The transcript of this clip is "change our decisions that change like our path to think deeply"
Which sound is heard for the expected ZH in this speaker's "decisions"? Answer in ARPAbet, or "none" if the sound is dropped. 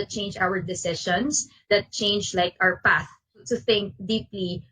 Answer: SH